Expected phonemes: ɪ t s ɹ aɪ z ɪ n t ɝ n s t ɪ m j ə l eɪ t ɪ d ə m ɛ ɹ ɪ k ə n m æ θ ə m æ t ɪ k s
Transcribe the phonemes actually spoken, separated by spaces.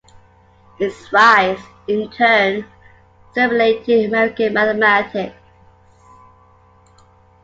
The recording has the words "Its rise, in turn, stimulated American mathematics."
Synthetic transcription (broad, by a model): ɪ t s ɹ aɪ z ɪ n t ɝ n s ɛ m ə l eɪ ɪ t ə m ɛ ɹ ɪ k ə n m æ θ ə m æ t ɪ k s